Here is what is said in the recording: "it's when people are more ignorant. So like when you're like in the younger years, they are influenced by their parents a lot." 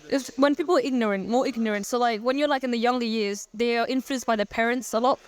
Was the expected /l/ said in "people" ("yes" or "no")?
no